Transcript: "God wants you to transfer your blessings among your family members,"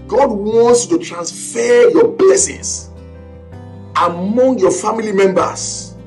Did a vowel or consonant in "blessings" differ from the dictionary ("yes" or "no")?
yes